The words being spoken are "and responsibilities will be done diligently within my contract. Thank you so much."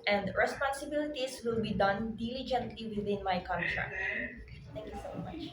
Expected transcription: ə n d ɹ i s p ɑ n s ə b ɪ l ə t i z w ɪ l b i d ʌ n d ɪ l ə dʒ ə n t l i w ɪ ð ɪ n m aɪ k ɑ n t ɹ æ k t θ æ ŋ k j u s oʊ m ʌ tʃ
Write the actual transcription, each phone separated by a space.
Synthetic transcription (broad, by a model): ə n d ɹ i s p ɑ n s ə b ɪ l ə t i s w ɪ l b i d ʌ n d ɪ l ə dʒ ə n t l i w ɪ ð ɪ n m aɪ k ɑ n t ɹ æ k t t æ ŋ k j u s oʊ m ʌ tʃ